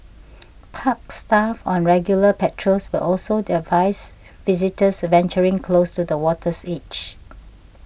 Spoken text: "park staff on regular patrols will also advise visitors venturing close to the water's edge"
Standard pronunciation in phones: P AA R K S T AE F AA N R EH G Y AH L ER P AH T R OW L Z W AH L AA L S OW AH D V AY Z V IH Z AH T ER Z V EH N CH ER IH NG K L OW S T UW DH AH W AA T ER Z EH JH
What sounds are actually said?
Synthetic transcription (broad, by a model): P AA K S T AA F AA N R EH G Y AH L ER P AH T R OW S W AH L AA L S OW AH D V AY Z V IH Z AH T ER S V EH N CH ER IH NG K L OW S T UW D AH W AA T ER S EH CH